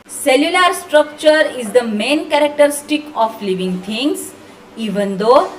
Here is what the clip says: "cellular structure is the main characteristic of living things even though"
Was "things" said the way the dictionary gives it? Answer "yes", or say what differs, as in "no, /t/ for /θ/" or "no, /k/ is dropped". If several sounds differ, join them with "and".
no, /t/ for /θ/